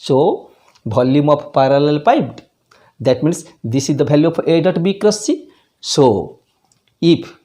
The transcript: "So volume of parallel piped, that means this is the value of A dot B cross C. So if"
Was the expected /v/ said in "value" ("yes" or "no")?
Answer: no